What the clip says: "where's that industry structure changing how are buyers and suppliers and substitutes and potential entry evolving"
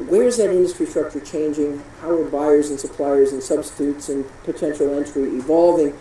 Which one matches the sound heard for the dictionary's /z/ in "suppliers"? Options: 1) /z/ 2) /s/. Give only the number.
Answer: 1